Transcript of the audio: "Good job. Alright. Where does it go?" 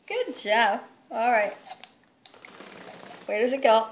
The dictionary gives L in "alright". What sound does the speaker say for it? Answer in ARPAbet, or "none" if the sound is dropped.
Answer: L